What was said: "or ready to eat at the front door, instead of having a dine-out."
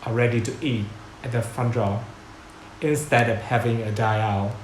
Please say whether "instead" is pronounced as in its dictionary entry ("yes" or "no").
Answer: yes